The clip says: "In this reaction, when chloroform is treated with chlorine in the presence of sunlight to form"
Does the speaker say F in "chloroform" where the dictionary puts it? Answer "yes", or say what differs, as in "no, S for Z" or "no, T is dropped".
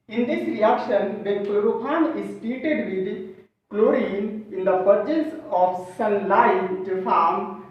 no, P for F